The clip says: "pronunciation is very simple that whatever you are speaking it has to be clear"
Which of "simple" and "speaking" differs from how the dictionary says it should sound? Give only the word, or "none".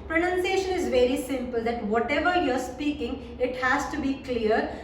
none